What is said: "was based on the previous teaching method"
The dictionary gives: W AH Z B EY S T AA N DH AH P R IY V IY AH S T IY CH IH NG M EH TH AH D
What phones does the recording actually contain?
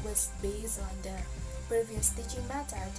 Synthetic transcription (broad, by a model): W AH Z B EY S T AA N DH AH P R IY V IY AH S T IY CH IH NG M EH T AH